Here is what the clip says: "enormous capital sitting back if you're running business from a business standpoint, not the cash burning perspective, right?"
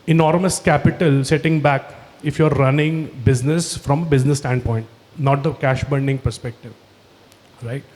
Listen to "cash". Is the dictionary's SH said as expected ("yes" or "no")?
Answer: yes